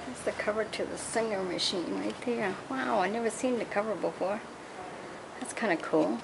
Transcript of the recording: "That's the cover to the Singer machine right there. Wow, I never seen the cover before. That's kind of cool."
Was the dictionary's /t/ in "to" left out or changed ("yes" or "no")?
no